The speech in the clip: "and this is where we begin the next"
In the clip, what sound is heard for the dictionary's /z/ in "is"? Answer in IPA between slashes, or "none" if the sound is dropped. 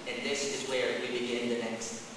/z/